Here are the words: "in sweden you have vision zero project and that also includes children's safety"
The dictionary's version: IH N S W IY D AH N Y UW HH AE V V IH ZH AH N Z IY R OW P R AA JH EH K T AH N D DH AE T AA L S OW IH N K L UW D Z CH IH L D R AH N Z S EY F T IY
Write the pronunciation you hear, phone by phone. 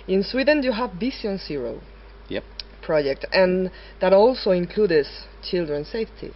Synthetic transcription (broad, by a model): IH N S W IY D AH N Y UW HH AE V B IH S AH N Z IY R OW P R AA JH EH K T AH N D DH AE T AA L S OW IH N K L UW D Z CH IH L D R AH N S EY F T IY